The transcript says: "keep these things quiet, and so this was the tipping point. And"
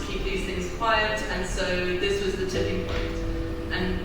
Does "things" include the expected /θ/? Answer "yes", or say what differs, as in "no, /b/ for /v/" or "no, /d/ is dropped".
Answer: yes